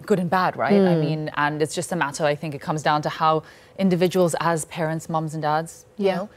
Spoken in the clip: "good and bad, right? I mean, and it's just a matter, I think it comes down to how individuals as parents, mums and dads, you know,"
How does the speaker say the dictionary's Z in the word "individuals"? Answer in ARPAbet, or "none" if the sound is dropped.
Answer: Z